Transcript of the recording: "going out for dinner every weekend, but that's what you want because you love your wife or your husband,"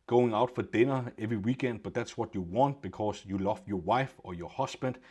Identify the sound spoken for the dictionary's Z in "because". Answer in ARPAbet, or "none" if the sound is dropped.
S